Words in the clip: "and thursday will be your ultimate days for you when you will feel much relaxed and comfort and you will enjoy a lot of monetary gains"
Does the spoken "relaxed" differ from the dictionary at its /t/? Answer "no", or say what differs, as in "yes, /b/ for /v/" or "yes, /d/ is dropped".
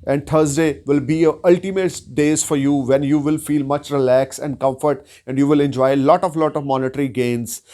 yes, /t/ is dropped